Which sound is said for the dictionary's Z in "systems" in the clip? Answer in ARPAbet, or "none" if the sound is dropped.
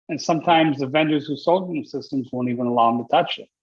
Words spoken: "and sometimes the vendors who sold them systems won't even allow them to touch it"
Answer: Z